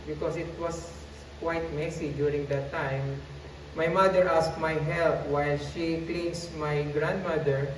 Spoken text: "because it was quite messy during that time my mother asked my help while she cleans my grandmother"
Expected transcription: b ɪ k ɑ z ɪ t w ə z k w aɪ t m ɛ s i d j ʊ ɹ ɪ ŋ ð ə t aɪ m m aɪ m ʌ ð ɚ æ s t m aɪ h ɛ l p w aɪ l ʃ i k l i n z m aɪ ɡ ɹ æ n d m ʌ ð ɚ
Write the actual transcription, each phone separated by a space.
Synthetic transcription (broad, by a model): b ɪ k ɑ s ɪ t w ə s k w aɪ t m ɛ s i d j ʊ ɹ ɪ ŋ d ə t aɪ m m aɪ m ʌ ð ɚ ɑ s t m aɪ h ɛ l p w aɪ l ʃ i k l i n s m aɪ ɡ ɹ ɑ n d m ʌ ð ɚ